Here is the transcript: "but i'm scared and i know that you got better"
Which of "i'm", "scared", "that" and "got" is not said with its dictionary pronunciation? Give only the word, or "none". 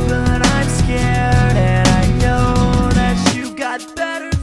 none